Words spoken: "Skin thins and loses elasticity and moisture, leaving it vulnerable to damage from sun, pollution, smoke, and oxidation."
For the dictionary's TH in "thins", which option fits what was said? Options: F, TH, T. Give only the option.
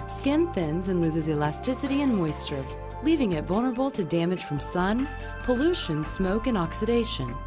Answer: TH